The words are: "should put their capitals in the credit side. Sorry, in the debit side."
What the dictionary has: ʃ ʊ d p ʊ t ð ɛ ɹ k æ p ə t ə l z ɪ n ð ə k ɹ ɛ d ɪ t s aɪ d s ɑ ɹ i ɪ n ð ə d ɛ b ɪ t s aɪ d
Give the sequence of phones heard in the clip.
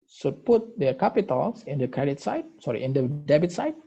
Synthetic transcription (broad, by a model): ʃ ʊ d p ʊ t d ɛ k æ p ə t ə l s ɪ n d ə k ɹ ɛ d ɪ t s aɪ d s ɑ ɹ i ɪ n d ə d ɛ b ɪ t s aɪ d